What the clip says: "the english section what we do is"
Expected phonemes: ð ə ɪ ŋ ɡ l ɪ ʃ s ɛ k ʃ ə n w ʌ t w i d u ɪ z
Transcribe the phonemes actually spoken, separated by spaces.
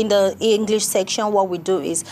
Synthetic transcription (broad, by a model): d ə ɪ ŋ ɡ l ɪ ʃ s ɛ k ʃ ə n w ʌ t w i d u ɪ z